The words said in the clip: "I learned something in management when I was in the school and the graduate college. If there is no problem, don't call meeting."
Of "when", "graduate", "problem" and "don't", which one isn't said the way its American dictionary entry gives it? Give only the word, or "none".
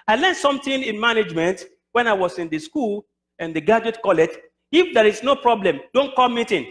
graduate